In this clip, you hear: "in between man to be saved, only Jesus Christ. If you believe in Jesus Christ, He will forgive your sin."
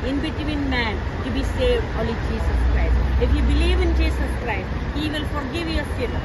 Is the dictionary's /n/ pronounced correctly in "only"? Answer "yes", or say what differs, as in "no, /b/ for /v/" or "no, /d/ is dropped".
no, /n/ is dropped